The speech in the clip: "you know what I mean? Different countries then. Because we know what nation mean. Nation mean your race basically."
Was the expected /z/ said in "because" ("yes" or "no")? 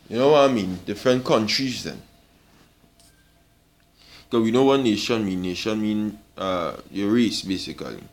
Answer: no